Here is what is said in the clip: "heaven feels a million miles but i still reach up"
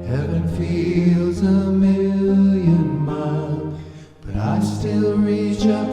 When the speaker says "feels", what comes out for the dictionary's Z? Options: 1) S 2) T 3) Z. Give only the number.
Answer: 3